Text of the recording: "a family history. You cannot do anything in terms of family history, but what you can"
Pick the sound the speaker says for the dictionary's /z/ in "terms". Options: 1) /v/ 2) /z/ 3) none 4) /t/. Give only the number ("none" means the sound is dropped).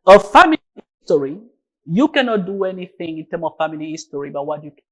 3